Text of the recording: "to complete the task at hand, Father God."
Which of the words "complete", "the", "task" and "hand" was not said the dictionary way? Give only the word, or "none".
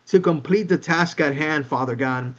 none